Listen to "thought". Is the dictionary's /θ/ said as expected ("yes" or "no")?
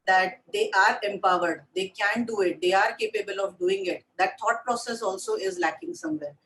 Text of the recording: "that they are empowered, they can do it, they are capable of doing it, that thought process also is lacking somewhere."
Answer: no